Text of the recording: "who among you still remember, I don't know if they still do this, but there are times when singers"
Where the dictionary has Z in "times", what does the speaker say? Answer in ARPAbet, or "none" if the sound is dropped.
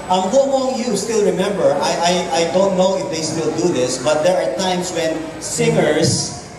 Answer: S